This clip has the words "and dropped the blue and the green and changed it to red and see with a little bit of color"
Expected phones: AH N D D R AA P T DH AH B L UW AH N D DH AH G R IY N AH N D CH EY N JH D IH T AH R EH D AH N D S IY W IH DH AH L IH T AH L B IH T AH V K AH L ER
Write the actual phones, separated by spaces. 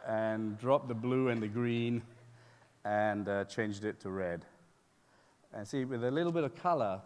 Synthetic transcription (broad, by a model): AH N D D R AA P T DH AH B L UW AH N DH AH G R IY N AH N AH CH EY N JH D IH T AH R EH D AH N S IY W IH DH AH L IH T L B IH T AH V K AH L ER